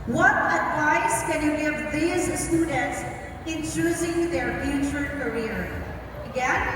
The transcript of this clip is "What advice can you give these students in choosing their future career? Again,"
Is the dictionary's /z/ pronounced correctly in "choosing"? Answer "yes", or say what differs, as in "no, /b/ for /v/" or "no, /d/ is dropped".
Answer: yes